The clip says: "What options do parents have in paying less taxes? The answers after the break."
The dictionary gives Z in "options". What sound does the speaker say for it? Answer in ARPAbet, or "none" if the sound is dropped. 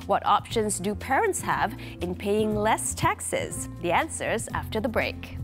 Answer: Z